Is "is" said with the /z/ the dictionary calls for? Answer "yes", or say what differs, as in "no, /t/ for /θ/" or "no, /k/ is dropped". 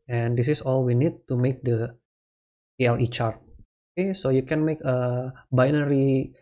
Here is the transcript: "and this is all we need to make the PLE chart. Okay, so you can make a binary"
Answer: no, /s/ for /z/